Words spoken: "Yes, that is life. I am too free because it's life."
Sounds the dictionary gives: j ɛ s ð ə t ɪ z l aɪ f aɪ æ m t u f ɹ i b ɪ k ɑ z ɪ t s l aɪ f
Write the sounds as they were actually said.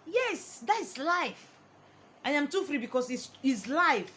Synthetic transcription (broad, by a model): j ɛ s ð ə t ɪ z l aɪ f aɪ m t u f ɹ i b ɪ k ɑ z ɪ s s l aɪ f